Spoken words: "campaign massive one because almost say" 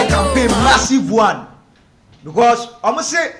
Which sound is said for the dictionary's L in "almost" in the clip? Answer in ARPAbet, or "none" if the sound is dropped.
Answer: none